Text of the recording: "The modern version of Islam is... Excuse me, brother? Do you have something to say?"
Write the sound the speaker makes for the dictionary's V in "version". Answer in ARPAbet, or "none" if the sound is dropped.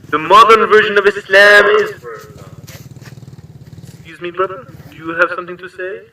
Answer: V